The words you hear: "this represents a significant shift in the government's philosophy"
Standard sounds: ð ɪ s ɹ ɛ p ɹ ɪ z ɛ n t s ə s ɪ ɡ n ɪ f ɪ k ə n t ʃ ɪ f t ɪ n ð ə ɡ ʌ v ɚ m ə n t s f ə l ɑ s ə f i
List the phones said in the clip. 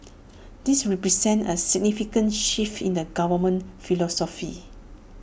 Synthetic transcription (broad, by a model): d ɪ s ɹ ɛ p ɹ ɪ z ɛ n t ə s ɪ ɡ n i f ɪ k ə n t ʃ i f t ɪ n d ə ɡ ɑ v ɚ m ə n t f ə l ɑ s ə f i